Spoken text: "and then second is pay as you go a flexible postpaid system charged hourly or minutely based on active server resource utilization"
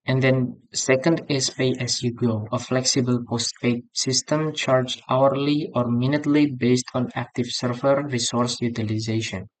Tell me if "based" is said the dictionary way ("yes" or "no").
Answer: yes